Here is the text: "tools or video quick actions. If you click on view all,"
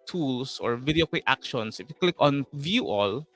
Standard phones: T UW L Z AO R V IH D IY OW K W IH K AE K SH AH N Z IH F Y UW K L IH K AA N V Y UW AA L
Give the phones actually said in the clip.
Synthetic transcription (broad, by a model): T UW L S AO R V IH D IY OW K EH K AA K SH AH N S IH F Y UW K L IH K AA N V Y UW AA L